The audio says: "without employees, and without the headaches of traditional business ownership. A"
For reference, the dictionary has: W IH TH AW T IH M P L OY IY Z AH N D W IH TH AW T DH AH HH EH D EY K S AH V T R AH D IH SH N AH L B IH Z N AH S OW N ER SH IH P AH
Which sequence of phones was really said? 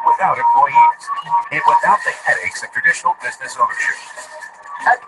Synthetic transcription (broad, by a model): W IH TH AW T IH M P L OY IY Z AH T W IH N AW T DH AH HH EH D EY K S AH V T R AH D IH SH N L B IH Z N AH S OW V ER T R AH